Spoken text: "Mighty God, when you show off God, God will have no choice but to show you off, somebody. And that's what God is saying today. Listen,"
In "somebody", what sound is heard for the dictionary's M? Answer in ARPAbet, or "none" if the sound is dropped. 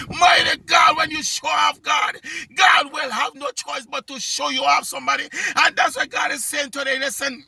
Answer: M